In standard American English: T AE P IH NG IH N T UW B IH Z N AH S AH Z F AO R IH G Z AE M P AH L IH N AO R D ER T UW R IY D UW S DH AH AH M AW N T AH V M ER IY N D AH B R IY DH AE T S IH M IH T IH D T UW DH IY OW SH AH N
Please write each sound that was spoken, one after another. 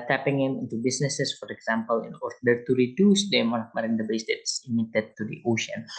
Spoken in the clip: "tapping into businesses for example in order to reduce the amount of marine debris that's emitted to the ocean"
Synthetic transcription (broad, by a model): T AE P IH NG IH N T UW B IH S N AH S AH S F AO R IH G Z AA M P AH L IH N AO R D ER T UW R IY D UW S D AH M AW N AH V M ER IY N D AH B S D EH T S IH M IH T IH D T UW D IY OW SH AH N